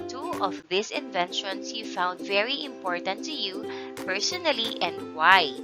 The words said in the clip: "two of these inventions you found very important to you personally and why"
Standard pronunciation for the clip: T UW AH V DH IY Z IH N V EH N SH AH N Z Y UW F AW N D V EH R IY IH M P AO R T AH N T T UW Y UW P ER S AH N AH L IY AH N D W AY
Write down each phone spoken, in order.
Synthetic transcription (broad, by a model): T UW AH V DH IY S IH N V EH N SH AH N S Y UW F AW N D V EH R IY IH M P AO R T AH N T T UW Y UW P ER S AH N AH L IY AH N D W AY